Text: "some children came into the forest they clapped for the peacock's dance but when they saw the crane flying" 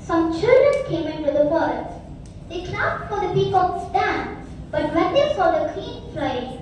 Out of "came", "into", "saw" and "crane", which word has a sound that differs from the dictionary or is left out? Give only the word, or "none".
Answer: crane